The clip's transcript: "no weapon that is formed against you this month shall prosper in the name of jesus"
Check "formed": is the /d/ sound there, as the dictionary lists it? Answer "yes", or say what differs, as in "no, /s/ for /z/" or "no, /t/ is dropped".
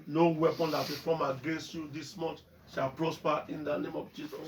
no, /d/ is dropped